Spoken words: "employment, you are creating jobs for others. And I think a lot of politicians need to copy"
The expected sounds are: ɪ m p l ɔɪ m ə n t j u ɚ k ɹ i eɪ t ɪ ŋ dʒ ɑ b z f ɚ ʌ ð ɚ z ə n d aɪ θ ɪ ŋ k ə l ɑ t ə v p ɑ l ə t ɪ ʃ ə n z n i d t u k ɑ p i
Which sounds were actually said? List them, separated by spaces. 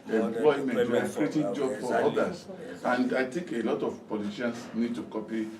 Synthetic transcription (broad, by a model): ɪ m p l ɔɪ m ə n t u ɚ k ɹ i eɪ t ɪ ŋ dʒ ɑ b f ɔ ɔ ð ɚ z ə n d aɪ t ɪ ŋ k ə l ɑ t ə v p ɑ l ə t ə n s n i d t u k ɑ p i